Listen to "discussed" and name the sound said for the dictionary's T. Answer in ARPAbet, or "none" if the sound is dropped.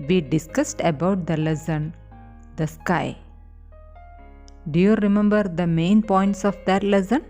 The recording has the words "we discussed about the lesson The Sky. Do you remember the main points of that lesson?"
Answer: T